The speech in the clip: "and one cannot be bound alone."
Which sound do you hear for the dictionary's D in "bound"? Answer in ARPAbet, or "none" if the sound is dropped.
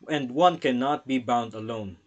D